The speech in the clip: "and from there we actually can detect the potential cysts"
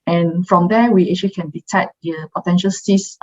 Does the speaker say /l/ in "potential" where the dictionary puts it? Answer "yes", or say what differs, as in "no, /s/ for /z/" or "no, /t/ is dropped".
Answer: yes